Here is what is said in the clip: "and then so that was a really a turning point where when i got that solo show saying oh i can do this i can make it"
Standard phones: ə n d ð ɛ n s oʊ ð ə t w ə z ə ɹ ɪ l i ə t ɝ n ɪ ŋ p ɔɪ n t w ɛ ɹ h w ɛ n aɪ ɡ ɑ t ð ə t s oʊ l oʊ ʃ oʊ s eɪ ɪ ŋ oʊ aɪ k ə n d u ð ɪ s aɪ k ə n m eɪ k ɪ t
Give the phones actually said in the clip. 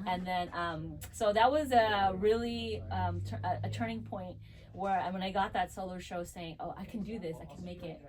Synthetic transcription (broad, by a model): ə n ð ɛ n s oʊ ð ə t w ə z ə ɹ ɪ l i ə t ɝ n ɪ ŋ p ɔɪ n t w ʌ ɹ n w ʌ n aɪ ɡ ɑ t ð ə t s oʊ l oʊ ʃ oʊ s eɪ ɪ ŋ oʊ aɪ k n d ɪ ð ɪ s aɪ k n m eɪ k ɪ t